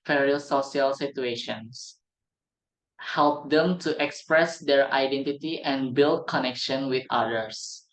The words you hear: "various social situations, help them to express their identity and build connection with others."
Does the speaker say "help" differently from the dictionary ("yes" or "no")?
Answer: no